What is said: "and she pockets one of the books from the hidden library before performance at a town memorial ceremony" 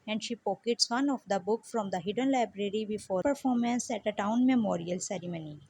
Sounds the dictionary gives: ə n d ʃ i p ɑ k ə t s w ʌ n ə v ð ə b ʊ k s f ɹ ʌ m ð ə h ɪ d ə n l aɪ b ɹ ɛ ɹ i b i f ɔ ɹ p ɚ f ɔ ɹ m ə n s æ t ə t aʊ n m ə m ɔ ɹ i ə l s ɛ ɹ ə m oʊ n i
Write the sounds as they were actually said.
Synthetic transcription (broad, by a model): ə n d ʃ i p ɑ k ə t s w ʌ n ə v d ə b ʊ k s f ɹ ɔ m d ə h ɪ d ə n l aɪ b ɹ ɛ ɹ i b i f ɔ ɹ p ɚ f ɔ ɹ m ə n s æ t ə t aʊ n m ə m ɔ ɹ i ə l s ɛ ɹ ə m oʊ n i